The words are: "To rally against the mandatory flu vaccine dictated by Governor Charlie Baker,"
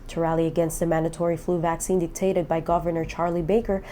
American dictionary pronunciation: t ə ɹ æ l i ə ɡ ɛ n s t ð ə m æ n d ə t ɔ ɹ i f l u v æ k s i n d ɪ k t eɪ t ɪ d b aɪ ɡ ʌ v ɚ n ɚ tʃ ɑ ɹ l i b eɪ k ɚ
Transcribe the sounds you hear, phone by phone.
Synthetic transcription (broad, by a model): t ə ɹ æ l i ə ɡ ɛ n s t ð ə m æ n d ə t ɔ ɹ i f l u v æ k s i n d ɪ k t eɪ t ɪ d b aɪ ɡ ʌ v ɚ n ɚ tʃ ɑ ɹ l i b eɪ k ɚ